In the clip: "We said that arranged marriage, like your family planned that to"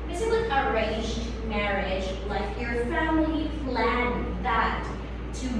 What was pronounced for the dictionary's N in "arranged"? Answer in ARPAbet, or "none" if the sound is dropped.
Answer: none